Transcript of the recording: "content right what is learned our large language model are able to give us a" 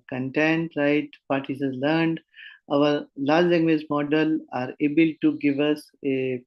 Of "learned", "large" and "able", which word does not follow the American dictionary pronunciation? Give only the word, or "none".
none